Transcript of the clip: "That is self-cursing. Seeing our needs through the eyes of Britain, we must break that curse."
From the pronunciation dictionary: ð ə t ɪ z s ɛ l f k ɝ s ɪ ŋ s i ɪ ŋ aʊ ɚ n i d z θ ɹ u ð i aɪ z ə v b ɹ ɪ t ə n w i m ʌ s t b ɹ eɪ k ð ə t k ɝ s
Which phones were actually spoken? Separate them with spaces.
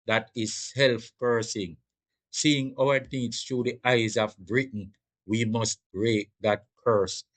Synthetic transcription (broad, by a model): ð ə t ɪ z s ɛ l f k ɝ s ɪ ŋ s i ɪ ŋ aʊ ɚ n i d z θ ɹ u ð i aɪ z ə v b ɹ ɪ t n w i m ʌ s t b ɹ eɪ k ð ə t k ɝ s